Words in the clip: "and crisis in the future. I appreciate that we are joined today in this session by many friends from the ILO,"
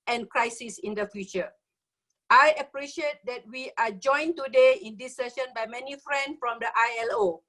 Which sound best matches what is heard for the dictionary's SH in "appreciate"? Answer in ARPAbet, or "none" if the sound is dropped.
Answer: SH